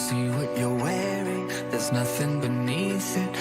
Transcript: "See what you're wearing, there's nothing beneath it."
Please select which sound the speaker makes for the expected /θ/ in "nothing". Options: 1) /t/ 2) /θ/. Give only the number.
2